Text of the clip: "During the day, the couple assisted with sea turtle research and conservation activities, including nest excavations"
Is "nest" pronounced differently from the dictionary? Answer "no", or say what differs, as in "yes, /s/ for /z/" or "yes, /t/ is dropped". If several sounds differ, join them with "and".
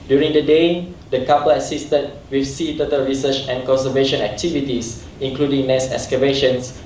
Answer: yes, /t/ is dropped